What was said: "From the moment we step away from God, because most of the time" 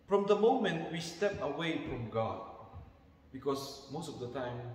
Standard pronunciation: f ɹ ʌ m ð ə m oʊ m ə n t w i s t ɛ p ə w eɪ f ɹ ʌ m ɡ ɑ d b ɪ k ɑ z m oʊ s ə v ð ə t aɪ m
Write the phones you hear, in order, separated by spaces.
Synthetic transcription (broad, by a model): f ɹ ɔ m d ə m oʊ m ə n t w i s t ɛ p ə w eɪ f ɹ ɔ m ɡ ɑ d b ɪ k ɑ s m oʊ s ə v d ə t aɪ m